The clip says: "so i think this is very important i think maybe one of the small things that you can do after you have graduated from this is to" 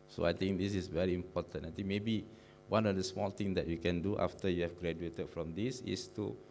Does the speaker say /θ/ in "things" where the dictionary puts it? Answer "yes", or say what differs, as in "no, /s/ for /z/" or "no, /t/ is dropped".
no, /t/ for /θ/